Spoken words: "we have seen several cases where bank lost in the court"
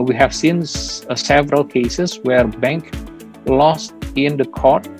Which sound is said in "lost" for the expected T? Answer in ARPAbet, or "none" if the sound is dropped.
T